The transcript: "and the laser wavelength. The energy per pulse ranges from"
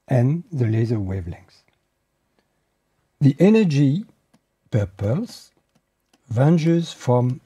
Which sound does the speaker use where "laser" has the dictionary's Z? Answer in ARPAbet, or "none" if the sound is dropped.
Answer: Z